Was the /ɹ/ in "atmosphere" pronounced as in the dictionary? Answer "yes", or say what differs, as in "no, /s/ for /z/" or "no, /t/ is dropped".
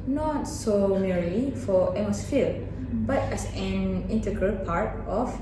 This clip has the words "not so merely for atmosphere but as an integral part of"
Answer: no, /l/ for /ɹ/